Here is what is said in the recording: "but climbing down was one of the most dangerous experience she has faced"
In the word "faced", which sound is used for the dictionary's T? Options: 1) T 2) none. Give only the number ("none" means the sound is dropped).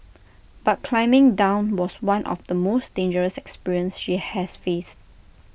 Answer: 1